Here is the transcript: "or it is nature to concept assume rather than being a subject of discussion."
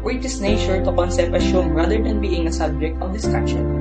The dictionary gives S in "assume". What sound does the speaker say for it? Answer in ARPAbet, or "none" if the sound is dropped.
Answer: SH